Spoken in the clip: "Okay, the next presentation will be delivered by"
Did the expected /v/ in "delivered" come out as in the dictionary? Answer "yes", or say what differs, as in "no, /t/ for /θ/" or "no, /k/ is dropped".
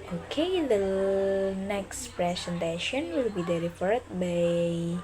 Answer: no, /f/ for /v/